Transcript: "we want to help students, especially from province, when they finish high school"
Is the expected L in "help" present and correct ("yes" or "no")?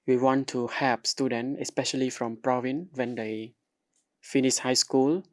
no